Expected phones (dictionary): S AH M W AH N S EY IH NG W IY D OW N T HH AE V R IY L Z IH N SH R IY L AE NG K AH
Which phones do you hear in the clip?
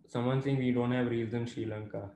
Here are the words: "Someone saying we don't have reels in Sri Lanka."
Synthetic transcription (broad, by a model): S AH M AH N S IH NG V IY D OW N T HH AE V R IY Z IH N SH R IY L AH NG K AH